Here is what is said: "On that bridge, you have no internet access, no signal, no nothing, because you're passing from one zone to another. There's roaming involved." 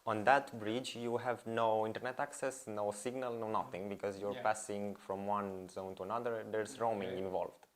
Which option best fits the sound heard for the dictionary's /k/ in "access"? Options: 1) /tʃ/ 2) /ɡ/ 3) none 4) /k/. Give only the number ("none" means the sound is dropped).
4